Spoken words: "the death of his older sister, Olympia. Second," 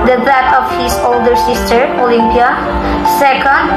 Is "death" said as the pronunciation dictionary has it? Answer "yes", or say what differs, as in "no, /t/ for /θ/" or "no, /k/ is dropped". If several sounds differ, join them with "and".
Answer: no, /t/ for /θ/